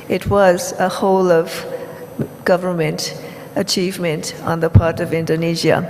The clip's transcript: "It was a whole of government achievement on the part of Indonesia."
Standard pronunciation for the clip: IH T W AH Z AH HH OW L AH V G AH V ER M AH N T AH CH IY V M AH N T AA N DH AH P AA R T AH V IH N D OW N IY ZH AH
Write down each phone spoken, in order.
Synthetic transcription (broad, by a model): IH T W AH Z AH HH OW L AH V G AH V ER M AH N T AH CH IY V M AH N T N DH AH P AA R T AH V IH N D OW N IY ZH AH